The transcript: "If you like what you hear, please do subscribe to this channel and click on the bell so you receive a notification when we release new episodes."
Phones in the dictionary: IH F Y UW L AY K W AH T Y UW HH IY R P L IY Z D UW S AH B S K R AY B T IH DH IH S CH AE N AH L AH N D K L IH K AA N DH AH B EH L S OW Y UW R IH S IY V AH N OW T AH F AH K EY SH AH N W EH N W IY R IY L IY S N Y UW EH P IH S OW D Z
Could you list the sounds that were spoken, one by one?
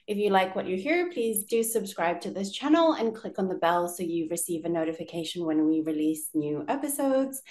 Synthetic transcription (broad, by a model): IH F Y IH L AY K W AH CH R HH IY R P L IY Z D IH S AH B S K R AY B T IH DH IH S CH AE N L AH N K L IH K N DH AH B EH L S OW Y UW R IH S IY V AH N OW T AH F AH K EY SH AH N W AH N W IY R IY L IY S N Y UW EH P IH S OW D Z